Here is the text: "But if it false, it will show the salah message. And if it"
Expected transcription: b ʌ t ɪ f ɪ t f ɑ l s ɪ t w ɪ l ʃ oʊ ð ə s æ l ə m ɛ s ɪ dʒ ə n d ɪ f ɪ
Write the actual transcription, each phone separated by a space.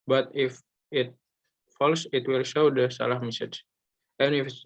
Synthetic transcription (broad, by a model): b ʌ t ɪ f ɪ t f ɑ l s ɪ t w ɪ l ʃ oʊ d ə s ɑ l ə m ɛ s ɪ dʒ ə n ɪ f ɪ